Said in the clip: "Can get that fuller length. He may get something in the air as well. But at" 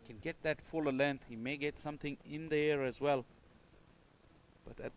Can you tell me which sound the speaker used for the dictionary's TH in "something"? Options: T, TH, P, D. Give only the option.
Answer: TH